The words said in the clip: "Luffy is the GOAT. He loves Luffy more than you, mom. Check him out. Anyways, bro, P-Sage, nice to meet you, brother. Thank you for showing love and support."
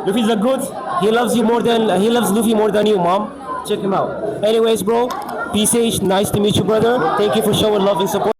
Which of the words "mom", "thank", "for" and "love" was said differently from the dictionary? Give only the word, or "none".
thank